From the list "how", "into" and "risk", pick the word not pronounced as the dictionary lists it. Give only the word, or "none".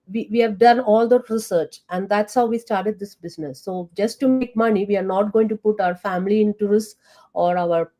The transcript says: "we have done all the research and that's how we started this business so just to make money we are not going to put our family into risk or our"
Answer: risk